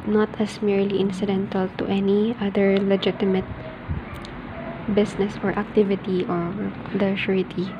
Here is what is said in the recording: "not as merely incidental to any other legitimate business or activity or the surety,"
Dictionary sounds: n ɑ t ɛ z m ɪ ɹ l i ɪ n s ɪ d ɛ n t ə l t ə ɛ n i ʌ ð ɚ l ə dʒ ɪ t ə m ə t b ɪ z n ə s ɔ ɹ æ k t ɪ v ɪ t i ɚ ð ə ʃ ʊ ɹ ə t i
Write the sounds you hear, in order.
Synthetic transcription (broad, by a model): n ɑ t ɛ s m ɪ ɹ l i ɪ n s ɪ d ɛ n t ə l t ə ɛ n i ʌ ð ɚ l ə dʒ ɪ t ə m ə t b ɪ s n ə s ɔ ɹ æ k t ɪ v ɪ t i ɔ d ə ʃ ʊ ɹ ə t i